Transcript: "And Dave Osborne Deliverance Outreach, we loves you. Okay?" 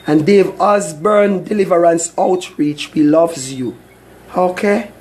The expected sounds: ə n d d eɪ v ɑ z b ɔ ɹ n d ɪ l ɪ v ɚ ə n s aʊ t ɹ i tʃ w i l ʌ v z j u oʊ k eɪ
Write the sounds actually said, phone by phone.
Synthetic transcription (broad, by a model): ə n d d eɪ v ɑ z b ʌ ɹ n d ɪ l ɪ v ɚ ə n s aʊ t ɹ i tʃ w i l ʌ v z j u oʊ k eɪ